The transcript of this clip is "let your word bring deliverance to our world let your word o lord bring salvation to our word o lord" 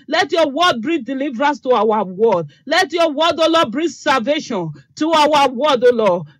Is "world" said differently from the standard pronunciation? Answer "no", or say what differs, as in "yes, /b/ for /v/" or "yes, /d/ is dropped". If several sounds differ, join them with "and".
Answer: yes, /l/ is dropped